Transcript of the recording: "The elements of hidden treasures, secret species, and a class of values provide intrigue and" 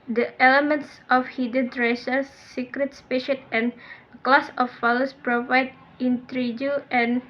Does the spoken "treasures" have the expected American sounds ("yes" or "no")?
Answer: no